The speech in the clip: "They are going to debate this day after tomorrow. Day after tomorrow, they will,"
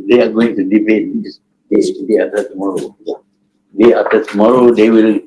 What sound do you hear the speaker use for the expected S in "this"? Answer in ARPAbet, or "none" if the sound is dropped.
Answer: none